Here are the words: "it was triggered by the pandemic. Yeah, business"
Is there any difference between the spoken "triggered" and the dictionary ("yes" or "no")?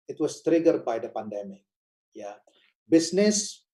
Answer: no